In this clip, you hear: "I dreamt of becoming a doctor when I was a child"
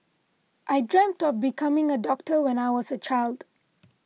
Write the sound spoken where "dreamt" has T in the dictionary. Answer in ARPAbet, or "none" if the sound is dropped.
T